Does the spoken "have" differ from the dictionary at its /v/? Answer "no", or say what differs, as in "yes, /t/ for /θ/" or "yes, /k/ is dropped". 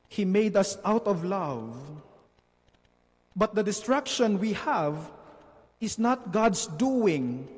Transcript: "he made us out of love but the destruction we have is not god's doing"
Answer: no